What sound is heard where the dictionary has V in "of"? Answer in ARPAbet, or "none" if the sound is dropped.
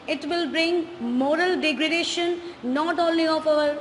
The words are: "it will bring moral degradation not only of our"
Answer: P